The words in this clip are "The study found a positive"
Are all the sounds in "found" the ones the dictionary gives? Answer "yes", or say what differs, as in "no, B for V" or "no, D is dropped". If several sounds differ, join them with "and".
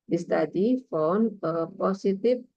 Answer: no, D is dropped